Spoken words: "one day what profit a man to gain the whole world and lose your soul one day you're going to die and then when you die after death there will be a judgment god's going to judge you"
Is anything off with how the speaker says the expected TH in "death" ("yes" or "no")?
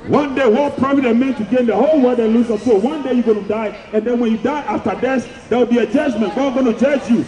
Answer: yes